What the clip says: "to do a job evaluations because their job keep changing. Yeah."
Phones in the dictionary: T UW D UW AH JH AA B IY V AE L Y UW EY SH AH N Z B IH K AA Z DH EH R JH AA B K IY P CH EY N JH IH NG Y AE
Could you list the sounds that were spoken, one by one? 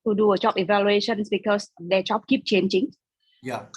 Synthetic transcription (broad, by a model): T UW D UW AH CH AA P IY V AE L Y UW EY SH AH N S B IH K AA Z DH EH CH AA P K IY P CH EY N CH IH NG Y